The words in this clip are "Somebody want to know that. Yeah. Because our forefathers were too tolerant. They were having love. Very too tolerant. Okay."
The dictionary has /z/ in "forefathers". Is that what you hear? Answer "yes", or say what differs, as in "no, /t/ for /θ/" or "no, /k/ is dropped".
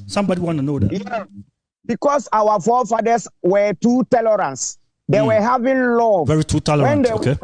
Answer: no, /s/ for /z/